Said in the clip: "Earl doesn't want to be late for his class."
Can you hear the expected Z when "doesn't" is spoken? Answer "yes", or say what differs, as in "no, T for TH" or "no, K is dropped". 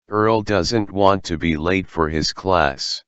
yes